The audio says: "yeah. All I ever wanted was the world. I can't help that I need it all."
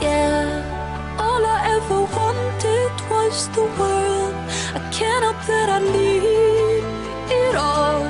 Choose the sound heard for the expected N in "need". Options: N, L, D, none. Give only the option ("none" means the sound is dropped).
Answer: L